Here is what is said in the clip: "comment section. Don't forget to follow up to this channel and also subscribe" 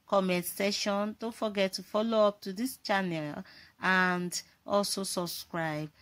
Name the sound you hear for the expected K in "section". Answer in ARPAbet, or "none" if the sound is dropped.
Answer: none